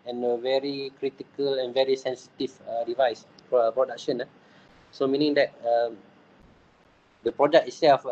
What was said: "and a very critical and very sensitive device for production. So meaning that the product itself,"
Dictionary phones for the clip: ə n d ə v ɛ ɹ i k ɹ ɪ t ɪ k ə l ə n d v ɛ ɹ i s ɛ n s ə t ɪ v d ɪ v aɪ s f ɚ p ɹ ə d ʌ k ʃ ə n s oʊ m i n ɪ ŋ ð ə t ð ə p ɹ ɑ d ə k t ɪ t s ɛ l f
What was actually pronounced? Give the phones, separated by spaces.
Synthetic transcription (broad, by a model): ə n ə v ɛ ɹ i k ɹ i t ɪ k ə l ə n v ɛ ɹ i s ɛ n s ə t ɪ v d ɪ v aɪ s p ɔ p ɹ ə d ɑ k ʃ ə n s oʊ m i n ɪ ŋ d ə t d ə p ɹ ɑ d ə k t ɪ t s ɛ l f